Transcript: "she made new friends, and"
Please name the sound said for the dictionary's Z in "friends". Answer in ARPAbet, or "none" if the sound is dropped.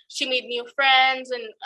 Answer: Z